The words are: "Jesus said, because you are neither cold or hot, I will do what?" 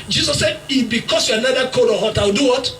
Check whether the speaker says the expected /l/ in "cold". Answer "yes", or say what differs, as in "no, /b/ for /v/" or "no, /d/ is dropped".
no, /l/ is dropped